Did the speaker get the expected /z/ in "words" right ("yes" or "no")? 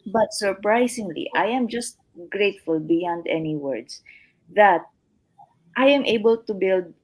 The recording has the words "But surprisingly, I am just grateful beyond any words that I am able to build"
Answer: no